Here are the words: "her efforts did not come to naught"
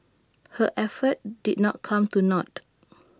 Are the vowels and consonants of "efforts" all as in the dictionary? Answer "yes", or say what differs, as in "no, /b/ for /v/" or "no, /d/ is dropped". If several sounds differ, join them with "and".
no, /s/ is dropped